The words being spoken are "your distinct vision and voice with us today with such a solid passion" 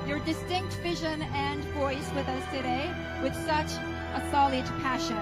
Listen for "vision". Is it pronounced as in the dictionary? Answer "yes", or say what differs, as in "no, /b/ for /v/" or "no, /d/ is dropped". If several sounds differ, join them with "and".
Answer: yes